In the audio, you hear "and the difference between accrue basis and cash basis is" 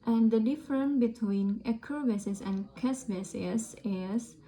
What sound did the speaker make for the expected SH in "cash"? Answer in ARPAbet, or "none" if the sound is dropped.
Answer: S